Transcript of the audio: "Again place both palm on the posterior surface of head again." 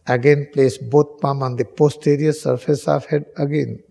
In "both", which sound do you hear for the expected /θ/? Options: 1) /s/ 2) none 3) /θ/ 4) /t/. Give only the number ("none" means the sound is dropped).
4